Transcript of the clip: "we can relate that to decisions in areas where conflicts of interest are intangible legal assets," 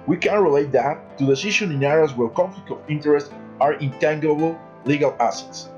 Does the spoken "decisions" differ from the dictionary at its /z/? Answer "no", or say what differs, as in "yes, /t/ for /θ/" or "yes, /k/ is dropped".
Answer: yes, /z/ is dropped